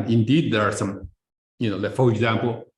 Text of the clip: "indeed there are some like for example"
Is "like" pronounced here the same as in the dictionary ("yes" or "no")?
no